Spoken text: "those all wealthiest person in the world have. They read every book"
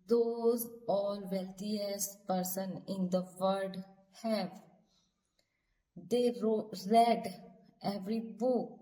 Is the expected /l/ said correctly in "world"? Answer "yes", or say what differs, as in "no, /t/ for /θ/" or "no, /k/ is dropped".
no, /l/ is dropped